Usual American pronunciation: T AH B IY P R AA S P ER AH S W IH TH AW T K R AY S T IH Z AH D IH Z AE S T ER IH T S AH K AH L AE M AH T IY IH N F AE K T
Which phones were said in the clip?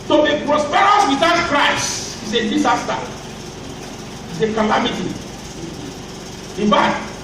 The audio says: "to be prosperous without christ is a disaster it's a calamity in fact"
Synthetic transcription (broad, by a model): T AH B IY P R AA S P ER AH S W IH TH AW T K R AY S IH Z AH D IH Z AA S T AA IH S AH K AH L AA M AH T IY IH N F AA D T